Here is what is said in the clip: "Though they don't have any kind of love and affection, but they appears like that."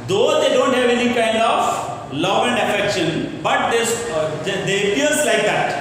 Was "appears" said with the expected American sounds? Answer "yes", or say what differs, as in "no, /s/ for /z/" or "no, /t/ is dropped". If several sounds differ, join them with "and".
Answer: no, /l/ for /ɹ/